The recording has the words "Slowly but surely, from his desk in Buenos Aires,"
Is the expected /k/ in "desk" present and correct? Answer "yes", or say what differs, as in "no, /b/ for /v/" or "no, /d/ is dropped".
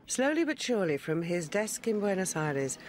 yes